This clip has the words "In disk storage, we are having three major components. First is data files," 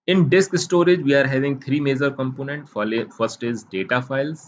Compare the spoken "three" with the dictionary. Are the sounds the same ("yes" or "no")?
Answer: no